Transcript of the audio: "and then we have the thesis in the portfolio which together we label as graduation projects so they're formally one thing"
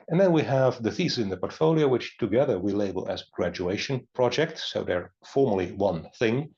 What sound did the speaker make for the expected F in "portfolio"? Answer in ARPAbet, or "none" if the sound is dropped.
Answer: F